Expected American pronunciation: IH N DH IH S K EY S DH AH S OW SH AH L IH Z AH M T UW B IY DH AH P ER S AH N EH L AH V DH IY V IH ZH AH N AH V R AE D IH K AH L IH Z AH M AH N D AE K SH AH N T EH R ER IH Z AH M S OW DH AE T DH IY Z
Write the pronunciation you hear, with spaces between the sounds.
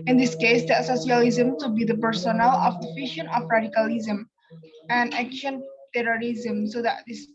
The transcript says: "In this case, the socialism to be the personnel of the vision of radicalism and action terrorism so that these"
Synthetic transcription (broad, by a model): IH N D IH S K EY S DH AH S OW S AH L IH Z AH M T UW B IY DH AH P ER S AH N EH L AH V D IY F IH SH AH N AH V R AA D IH K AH L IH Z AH M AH N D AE K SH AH N T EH R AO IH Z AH M S OW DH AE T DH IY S